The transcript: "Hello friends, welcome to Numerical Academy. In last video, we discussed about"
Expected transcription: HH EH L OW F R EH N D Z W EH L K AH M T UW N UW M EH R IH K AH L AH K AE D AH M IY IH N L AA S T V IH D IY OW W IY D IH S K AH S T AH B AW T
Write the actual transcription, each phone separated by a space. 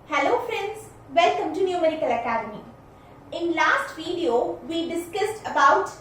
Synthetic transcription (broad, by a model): HH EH L OW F R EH N D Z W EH L K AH M T UW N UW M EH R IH K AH L AH K AE D AH M IY IH N L AA S T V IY D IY OW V IY D IH S K AH S T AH B AW T